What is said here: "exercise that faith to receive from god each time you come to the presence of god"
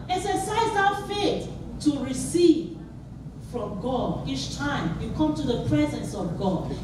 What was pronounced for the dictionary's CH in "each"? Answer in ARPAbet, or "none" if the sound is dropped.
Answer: CH